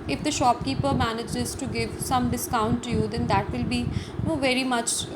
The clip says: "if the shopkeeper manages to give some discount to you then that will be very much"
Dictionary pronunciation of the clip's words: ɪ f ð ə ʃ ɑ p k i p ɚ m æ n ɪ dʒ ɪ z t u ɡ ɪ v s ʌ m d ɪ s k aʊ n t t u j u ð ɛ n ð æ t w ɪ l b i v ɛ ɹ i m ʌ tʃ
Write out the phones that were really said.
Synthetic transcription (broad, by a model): ɪ f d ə ʃ ɑ p k i p ɚ m æ n ɪ dʒ ɪ z t u ɡ ɪ v s ʌ m d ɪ s k aʊ n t t u j u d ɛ n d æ t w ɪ l b i v ɛ ɹ i m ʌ tʃ